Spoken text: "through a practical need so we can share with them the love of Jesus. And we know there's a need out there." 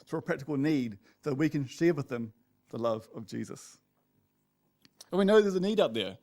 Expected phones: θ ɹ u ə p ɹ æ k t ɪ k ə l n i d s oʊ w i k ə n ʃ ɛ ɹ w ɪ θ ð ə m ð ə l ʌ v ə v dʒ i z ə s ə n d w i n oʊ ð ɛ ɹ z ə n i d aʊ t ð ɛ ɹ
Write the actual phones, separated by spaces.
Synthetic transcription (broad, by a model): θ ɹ ə p ɹ æ k t ɪ k ə l n i d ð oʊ w i k ə n ʃ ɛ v w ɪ ð ə m ð ə l ʌ v ə v dʒ i z ə s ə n w i n oʊ ð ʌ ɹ z ə n i d aʊ t ð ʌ ɹ